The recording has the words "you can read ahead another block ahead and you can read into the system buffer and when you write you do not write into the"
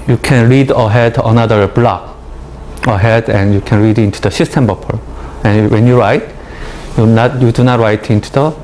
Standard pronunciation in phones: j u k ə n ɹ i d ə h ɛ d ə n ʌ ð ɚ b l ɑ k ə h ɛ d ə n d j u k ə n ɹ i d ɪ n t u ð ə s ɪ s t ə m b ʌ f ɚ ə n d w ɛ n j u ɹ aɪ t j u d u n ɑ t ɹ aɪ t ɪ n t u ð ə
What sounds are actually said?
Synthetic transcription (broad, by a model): j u k ə n ɹ i d ə h ɛ d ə n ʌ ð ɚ b l ɑ k ə h ɛ d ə n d j u k ə n ɹ i d ɪ n t u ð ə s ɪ s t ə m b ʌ p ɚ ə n w ɛ n j u ɹ aɪ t j u d u n ɑ t ɹ aɪ t ɪ n t u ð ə